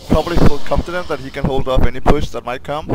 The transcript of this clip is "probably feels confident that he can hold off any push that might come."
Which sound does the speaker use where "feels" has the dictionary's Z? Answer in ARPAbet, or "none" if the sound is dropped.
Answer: none